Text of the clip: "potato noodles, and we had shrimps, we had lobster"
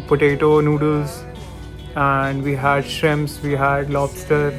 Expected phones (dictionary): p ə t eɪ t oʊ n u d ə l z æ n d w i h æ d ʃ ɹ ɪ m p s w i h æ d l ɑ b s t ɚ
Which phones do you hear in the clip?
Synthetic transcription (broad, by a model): p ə t eɪ t oʊ n u d ə l z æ n d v i h æ d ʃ ɹ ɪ m s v i h æ d l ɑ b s t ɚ